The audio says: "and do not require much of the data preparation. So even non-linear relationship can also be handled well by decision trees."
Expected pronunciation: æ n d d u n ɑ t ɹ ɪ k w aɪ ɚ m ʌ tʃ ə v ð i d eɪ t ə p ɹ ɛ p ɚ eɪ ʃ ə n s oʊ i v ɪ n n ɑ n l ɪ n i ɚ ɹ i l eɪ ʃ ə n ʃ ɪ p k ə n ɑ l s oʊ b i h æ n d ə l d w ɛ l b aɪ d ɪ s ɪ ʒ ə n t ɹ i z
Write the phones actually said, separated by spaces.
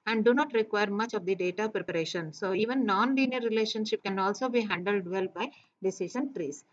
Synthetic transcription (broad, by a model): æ n d d u n ɑ t ɹ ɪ k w aɪ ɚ m ʌ tʃ ə v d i d eɪ t ə p ɹ ɛ p ɚ eɪ ʃ ə n s oʊ i v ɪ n n ɑ n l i n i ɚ ɹ i l eɪ ʃ ə n ʃ ɪ p k ə n ɑ l s oʊ b i h æ n d ə l d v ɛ l b aɪ d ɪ s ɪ ʃ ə n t ɹ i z